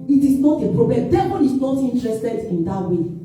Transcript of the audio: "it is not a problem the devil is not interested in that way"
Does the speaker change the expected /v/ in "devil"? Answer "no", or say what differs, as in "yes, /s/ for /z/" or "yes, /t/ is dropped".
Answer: yes, /b/ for /v/